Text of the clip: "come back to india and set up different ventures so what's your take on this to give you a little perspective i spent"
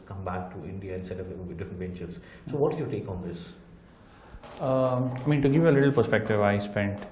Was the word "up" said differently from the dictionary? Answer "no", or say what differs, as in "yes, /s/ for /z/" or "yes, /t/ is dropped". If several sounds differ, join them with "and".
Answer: yes, /b/ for /p/